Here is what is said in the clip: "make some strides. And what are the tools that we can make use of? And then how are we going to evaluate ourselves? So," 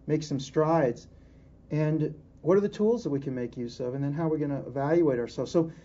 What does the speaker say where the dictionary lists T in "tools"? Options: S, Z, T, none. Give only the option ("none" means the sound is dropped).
T